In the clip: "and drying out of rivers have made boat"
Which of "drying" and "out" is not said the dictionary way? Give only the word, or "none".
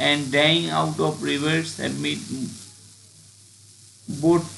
drying